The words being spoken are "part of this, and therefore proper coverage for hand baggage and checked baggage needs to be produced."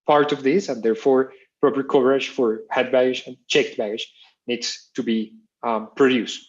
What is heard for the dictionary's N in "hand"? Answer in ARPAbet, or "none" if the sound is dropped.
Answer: none